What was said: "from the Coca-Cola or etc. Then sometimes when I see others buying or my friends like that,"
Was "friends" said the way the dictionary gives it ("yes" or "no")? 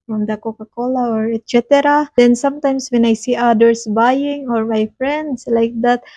no